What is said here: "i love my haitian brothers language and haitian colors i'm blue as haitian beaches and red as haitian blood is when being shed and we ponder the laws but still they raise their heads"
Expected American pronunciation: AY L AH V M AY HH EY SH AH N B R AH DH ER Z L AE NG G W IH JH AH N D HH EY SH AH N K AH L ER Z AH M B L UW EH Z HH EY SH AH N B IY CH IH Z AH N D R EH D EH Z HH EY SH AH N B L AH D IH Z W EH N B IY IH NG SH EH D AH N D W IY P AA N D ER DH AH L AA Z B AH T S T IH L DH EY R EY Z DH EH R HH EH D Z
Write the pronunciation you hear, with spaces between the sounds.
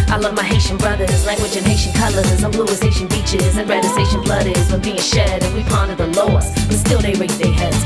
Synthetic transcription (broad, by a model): AY L AH V M AY HH EY SH AH N B R AH DH ER Z L AE NG G W IH JH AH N HH EY SH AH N K AH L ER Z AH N B L UW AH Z HH EY SH AH N B IY CH IH Z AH N R EH D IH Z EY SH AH N B L AH D IH Z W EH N B IY IH NG SH EH D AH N W IY P AA N D ER DH AH L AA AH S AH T S T IH L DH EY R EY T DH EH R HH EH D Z